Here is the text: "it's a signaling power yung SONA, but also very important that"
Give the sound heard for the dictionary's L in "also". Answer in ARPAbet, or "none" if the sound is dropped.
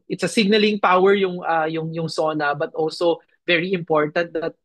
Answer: L